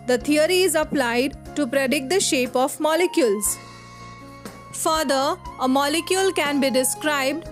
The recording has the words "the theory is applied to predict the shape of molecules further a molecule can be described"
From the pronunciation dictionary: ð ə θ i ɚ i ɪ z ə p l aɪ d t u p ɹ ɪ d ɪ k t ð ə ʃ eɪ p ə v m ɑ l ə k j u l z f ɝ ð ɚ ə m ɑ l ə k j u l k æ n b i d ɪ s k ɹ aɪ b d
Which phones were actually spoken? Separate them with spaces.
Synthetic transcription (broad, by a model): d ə t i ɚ i ɪ z ə p l aɪ d t u p ɹ ɪ d ɪ k t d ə ʃ eɪ p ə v m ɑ l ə k j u l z f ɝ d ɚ ə m ɑ l ə k j u l k æ n b i d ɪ s k ɹ aɪ b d